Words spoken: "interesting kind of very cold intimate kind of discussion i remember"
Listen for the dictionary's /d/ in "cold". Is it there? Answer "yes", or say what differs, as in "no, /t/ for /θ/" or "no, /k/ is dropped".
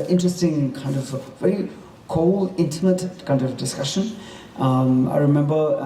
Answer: no, /d/ is dropped